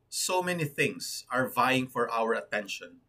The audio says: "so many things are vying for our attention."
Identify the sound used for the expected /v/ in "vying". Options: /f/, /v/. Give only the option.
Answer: /v/